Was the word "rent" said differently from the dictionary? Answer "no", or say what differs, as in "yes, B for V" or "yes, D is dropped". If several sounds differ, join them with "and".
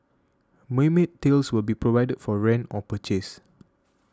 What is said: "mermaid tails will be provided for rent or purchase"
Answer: yes, T is dropped